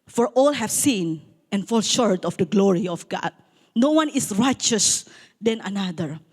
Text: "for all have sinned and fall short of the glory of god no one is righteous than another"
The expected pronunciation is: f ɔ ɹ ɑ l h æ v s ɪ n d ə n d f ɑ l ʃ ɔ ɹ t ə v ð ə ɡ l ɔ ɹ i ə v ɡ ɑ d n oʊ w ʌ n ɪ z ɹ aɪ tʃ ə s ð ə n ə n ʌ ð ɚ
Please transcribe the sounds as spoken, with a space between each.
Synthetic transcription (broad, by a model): f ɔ ɹ ɑ l h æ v s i n ə n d f ɑ l ʃ ɔ ɹ t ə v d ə ɡ l ɔ ɹ i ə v ɡ ɑ d n oʊ w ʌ n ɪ s ɹ aɪ tʃ ə s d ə n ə n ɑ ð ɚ